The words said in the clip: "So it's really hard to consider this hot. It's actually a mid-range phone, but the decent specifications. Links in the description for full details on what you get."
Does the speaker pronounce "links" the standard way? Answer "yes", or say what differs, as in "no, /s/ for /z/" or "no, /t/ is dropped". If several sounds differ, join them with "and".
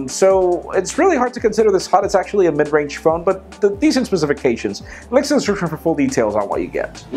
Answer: no, /ŋ/ is dropped